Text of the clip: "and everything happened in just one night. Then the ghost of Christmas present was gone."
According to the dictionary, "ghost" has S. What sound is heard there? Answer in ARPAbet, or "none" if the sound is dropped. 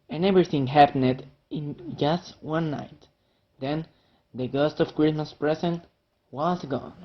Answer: S